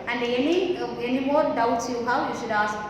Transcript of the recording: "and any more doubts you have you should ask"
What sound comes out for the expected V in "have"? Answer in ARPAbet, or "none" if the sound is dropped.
W